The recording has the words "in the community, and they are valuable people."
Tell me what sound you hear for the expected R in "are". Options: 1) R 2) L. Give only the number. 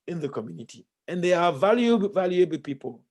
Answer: 2